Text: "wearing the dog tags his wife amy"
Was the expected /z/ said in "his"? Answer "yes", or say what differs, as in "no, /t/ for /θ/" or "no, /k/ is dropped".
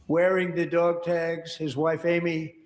yes